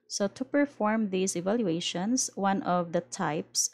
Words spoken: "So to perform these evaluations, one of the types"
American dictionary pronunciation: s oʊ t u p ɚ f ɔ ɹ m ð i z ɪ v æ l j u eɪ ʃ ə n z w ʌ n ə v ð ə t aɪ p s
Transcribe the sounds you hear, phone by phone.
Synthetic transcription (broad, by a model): s oʊ t u p ɚ f ɔ ɹ m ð i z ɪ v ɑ l j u eɪ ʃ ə n s w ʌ n ə v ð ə t aɪ p s